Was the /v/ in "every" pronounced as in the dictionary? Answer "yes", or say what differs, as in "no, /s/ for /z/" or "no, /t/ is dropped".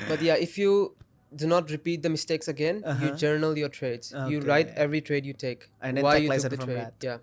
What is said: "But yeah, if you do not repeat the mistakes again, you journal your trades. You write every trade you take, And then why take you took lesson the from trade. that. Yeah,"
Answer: yes